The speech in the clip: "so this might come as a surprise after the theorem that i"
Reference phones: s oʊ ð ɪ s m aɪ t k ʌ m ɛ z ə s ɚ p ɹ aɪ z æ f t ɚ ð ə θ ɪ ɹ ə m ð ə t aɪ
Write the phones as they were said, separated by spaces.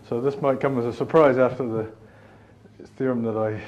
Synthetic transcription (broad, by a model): s oʊ ð ɪ s m aɪ t k ʌ m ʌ z ə s ɚ p ɹ aɪ z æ f t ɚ ð ə θ ɪ ɹ ə m ð ə t aɪ